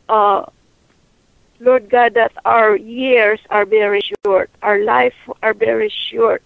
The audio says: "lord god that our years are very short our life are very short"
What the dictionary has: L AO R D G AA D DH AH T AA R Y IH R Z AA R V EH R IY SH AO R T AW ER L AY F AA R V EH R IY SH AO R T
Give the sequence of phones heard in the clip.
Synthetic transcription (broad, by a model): L AO R D G AA D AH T AA R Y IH R S AA R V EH R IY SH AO R T AW ER L AY F AA R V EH R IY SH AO R T